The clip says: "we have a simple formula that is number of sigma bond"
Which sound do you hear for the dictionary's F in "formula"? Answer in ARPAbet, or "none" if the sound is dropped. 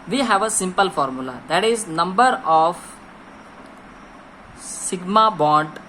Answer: F